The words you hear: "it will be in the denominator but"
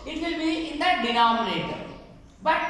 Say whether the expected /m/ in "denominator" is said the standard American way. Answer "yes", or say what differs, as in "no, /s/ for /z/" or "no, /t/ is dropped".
no, /m/ is dropped